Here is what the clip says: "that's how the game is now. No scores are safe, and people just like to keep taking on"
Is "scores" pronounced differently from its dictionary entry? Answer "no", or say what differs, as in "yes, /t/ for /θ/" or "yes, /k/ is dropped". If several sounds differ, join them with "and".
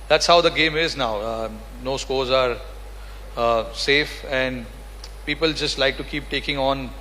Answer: no